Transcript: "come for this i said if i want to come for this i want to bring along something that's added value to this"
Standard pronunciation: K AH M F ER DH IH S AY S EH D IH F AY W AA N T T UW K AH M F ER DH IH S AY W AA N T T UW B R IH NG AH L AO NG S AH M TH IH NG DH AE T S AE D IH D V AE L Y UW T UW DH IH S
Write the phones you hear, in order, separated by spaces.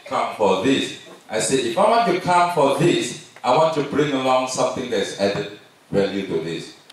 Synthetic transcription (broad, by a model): K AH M F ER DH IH S AY S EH IH F AY W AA N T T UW K AH M F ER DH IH S AY W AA N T T UW B R IH NG AH L AO NG S AH M TH IH NG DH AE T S AE D IH D W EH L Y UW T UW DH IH S